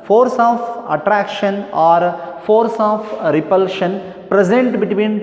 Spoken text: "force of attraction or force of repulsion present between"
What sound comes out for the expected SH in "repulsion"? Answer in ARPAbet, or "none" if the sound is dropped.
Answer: SH